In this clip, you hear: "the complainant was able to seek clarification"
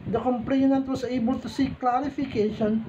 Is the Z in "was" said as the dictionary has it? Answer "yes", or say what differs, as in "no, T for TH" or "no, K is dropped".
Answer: no, S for Z